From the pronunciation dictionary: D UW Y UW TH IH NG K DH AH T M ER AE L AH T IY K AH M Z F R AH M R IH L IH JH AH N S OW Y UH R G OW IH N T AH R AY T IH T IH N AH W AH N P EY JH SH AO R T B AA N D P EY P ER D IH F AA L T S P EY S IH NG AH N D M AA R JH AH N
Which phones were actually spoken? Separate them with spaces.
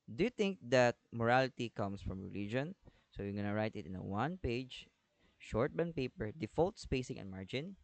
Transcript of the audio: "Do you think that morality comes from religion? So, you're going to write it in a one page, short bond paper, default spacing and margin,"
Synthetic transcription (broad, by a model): D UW Y UW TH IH NG K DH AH T M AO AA L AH T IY K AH M S F R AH M R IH L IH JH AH N S OW Y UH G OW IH N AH R AY T IH T IH N AH W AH N P EY JH SH AO R T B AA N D P EY P ER D IH F AA L T S P EY S IH NG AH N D M AA R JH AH N